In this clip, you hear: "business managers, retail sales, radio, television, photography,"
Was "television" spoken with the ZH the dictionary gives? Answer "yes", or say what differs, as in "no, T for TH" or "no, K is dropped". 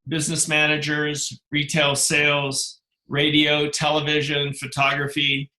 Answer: yes